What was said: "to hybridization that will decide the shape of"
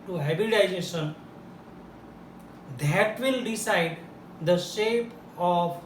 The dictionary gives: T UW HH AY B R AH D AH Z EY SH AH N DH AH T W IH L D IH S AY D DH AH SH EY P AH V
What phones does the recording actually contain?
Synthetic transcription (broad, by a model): T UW HH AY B AH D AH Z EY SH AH N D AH T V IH L D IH S AY D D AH SH EY P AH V